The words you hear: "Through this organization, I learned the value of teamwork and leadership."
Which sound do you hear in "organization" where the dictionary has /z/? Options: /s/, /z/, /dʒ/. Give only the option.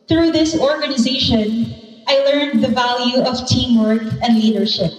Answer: /z/